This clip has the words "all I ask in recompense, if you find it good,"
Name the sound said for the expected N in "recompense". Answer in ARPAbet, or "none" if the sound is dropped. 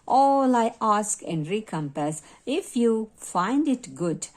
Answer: none